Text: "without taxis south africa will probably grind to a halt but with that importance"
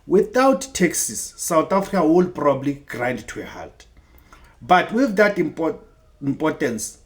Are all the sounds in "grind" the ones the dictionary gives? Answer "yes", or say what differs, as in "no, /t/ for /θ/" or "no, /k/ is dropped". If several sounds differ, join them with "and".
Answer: yes